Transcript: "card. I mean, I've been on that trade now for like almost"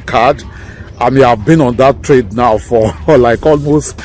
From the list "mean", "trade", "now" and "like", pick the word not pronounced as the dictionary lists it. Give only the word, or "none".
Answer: mean